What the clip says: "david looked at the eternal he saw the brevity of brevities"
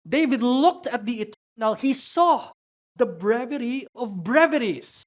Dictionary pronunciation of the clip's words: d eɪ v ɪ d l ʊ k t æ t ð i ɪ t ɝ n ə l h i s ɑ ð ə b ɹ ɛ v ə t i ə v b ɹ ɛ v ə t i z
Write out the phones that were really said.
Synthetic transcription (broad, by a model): d eɪ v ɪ d l ʊ k t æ t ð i ɪ t ɝ n ə l h i s ɑ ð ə b ɹ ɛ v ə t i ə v b ɹ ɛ v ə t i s